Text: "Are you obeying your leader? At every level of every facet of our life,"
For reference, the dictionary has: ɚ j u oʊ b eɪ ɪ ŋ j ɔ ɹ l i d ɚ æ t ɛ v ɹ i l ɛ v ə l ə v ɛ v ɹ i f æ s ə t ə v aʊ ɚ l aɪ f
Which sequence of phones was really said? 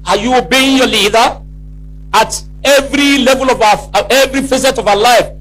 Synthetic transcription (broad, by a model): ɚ j u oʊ b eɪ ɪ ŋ j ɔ l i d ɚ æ t ɛ v ɹ i l ɛ v ə l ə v ɛ v ɹ i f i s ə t ə v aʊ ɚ l aɪ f